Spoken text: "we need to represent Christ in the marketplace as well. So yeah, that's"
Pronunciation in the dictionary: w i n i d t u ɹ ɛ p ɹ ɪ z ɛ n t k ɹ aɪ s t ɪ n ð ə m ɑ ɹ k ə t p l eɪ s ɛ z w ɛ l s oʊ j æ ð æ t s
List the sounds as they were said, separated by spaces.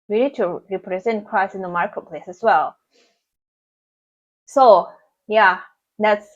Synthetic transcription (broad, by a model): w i n i d t u ɹ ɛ p ɹ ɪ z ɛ n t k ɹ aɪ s ɪ n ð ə m ɑ ɹ k ə t p l eɪ s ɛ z w ɛ l s oʊ j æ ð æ t s